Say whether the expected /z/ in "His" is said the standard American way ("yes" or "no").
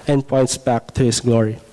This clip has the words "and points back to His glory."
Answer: no